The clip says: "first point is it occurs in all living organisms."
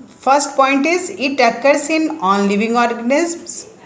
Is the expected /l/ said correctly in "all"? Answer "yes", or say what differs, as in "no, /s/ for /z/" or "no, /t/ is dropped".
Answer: no, /n/ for /l/